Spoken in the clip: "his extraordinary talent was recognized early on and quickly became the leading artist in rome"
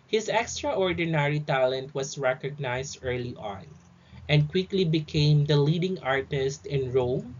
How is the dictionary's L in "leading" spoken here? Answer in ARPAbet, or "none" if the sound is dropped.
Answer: L